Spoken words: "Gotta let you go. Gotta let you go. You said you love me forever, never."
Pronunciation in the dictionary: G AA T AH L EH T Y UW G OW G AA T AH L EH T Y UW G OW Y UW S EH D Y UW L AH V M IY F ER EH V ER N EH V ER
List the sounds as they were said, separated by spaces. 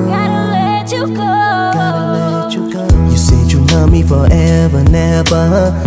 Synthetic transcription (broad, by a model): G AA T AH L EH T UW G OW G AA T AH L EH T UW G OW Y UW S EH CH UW N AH M IY F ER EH V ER N EH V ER